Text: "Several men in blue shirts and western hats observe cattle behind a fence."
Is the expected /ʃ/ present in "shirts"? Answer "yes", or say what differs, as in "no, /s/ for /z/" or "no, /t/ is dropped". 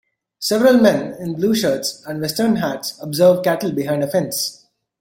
yes